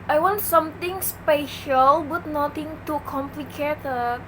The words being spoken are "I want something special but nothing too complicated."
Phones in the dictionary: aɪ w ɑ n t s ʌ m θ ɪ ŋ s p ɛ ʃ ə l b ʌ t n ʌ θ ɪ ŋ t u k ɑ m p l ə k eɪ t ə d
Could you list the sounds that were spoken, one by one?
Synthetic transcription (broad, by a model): aɪ w ɑ n t s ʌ m t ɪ ŋ s p ɛ ʃ ə l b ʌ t n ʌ t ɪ ŋ t u k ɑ m p l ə k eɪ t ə